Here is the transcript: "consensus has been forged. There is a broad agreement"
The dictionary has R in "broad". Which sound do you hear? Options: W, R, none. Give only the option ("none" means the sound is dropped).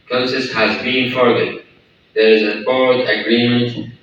none